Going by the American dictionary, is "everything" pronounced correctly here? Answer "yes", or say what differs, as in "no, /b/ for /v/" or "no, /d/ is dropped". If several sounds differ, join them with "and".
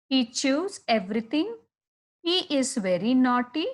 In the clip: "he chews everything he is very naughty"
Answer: no, /t/ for /θ/